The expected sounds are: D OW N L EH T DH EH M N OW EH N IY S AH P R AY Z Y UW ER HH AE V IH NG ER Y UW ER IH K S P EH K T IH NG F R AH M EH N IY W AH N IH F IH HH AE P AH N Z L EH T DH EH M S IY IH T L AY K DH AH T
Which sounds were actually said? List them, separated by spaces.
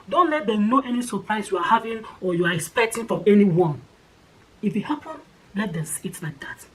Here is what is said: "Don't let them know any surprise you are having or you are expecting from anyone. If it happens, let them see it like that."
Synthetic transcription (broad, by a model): D OW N L EH T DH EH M N OW EH N IY S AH P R AY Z Y UW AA HH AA V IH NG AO Y UW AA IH K S P EH K T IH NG F R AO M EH N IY W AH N IH F IH HH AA P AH N L EH T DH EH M S IY IH T L AY K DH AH T